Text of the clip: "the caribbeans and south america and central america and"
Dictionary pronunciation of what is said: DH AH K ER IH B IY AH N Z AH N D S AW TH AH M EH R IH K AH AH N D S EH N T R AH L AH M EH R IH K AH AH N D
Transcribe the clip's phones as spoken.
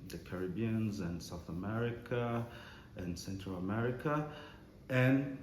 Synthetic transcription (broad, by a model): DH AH K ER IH B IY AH N Z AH N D S AW TH AH M EH R IH K AH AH N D S EH N T R AH L AH M EH R IH K AH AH N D